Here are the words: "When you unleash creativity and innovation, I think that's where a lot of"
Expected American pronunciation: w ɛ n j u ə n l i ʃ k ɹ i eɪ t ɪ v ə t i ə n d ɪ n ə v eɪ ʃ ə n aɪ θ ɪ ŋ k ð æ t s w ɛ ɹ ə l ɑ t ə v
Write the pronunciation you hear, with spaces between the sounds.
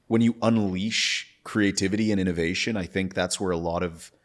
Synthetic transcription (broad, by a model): w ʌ n j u ə n l i ʃ k ɹ i eɪ t ɪ v ə t i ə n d ɪ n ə v eɪ ʃ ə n aɪ θ ɪ ŋ k ð æ t s w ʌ ɹ ə l ɑ t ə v